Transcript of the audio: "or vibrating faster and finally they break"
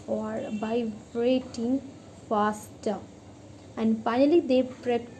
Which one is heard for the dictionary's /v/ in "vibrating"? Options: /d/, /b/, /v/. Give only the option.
/b/